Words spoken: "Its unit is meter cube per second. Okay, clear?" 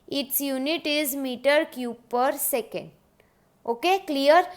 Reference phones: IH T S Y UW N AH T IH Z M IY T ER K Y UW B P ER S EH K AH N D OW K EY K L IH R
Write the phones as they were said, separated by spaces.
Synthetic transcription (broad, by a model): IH T S Y UW N AH T IH Z M IY T ER K Y UW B P ER S EH K AH N D OW K EY K L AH R